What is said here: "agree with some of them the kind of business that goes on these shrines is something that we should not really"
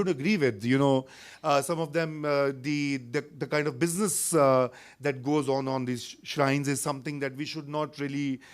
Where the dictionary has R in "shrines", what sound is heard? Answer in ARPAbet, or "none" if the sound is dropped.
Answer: R